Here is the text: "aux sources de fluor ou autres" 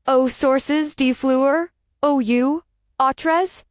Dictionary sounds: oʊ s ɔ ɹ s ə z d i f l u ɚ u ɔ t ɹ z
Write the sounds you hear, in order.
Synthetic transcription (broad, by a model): oʊ s ɔ ɹ s ə z d i f l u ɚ u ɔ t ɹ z